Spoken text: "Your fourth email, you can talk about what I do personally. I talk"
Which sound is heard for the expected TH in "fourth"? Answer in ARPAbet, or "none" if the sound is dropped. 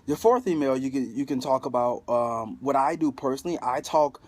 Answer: TH